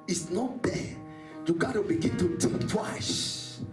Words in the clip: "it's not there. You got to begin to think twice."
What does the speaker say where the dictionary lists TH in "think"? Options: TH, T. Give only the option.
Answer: T